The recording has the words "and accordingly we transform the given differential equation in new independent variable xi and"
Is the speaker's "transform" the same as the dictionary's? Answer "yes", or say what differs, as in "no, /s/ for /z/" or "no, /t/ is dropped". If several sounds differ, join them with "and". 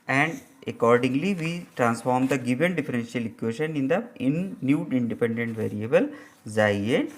yes